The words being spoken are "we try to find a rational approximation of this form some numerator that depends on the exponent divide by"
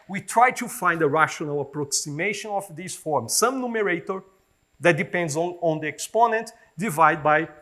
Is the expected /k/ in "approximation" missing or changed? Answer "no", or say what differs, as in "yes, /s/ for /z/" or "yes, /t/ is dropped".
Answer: no